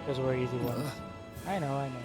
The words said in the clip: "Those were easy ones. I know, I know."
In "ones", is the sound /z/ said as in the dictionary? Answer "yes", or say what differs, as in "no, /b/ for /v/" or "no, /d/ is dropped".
no, /z/ is dropped